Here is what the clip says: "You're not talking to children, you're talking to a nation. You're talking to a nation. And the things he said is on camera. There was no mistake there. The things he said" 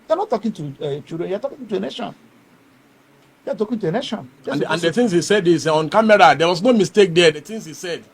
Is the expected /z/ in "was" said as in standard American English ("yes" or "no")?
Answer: no